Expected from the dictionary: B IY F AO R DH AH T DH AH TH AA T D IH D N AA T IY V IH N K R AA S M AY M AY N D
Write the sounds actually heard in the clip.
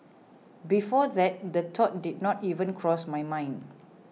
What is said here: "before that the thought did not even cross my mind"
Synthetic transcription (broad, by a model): B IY F AO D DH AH T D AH T AA T D IH D N AA T IY V IH N K R AA S M AY M AY N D